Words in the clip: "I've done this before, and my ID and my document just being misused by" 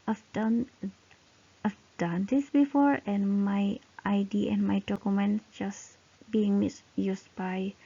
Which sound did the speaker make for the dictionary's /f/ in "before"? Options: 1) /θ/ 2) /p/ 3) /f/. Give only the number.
3